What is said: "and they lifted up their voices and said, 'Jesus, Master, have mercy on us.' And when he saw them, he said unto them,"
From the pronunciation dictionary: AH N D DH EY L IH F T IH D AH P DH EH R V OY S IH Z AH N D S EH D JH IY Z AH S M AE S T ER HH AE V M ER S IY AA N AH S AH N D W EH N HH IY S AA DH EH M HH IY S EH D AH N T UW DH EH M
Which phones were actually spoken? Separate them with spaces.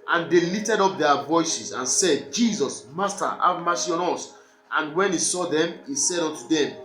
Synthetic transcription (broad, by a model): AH N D EY L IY T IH D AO P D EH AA V OY S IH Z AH N S EH D JH IY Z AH S M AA S T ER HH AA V M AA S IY AA N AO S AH N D W EH N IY S AA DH EH M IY S EH D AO N T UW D EH M